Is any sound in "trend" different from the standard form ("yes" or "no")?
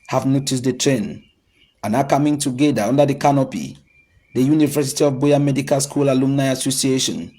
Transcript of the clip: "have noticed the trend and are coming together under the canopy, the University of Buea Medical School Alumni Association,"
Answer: yes